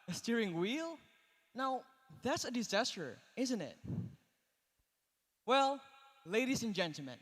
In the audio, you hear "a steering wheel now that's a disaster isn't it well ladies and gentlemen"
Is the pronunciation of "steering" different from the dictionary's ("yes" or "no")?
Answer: no